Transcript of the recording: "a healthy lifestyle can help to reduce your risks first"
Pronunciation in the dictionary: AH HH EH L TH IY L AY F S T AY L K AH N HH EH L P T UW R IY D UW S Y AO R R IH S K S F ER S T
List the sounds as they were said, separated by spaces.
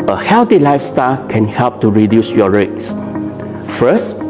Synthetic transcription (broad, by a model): AH HH EH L T IY L AY F S T AY L K AH N HH EH L P T UW R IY D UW S Y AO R R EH K S F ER S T